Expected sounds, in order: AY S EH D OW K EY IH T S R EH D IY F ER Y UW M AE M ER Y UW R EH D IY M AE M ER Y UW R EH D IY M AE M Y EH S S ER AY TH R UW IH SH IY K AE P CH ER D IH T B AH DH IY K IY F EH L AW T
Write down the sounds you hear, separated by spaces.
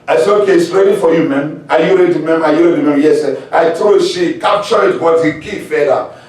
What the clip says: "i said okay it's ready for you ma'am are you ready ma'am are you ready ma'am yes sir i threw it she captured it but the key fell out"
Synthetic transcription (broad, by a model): AY S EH OW K EY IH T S R EH D IY F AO Y UW M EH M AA Y UW R EH D IY M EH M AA Y UW R EH D IY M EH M Y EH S S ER AY T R IH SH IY K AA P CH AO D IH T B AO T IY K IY F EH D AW